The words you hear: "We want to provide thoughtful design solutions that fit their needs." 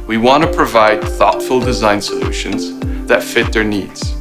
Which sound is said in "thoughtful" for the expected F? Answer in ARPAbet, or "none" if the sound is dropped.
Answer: F